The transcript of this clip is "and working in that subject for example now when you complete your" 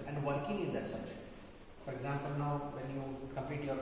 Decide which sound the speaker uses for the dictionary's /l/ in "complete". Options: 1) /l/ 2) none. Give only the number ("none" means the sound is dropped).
2